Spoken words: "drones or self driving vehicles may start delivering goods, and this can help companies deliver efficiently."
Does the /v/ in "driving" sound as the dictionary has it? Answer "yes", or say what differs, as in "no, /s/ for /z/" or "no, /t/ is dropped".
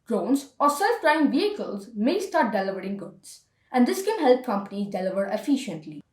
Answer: no, /v/ is dropped